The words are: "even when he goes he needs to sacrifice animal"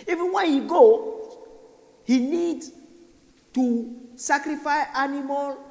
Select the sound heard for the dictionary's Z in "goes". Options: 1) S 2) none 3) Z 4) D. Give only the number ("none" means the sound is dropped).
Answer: 2